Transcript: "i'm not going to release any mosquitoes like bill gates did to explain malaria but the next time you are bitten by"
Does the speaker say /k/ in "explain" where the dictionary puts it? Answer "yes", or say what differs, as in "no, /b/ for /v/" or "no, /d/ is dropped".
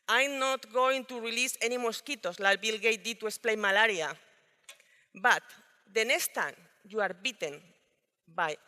no, /k/ is dropped